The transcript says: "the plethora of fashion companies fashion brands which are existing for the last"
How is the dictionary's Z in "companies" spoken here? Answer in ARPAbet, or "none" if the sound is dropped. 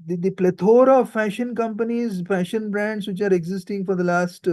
Z